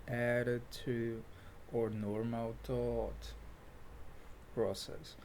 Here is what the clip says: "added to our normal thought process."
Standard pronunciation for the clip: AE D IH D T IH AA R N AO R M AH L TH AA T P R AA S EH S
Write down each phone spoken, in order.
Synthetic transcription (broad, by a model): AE D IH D T IH AA R N AO R M AH L T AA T P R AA S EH S